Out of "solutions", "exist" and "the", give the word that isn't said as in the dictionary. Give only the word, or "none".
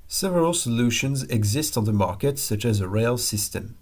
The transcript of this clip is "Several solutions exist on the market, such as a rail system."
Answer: none